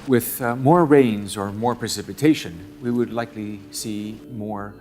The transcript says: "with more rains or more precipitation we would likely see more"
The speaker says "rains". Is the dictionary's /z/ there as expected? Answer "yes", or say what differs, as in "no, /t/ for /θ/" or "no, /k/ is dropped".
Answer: yes